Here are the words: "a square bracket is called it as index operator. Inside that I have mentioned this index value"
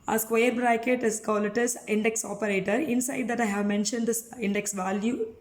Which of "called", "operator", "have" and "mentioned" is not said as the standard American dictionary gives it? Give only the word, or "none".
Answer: called